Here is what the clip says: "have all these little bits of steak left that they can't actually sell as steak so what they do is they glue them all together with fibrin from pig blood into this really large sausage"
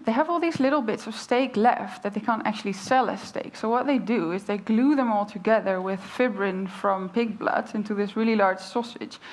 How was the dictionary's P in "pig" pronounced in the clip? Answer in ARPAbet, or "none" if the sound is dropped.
P